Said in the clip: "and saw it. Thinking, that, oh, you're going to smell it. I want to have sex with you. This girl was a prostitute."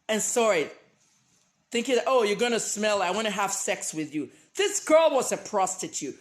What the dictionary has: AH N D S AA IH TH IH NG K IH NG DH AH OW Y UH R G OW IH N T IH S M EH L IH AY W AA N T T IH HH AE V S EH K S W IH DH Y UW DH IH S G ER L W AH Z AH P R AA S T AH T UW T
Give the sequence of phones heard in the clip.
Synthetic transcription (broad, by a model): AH N S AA IH TH IH NG K IH NG DH AH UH Y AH R G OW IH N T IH S M EH L IH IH W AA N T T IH HH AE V S EH K S W IH DH Y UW DH IH S G ER L W AH Z AH P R AA S T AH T UW T